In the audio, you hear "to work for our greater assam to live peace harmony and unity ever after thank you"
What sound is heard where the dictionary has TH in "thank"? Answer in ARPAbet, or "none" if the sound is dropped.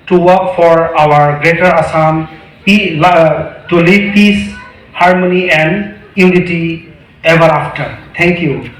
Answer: T